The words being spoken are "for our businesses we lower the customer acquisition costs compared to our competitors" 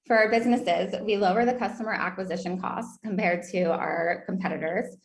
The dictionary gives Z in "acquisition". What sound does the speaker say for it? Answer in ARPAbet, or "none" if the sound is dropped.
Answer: Z